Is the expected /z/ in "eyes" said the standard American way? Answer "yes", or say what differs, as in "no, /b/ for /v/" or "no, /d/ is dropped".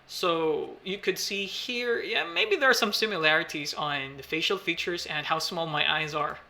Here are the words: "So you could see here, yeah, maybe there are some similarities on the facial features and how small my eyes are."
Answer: yes